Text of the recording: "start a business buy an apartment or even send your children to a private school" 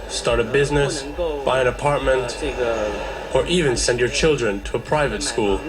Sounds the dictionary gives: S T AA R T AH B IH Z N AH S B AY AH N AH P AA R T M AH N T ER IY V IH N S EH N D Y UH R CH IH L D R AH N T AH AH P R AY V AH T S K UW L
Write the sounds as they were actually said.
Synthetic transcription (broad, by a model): S T AA R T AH B IH Z N AH S B AY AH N AH P AA R T M AH N T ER IY V IH N S EH N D Y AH R CH IH L D R AH N T AH AH P R AY V AH T S K UW L